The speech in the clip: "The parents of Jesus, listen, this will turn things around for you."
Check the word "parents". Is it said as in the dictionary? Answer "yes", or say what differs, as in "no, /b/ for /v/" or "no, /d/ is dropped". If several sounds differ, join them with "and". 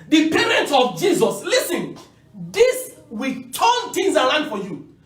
no, /s/ is dropped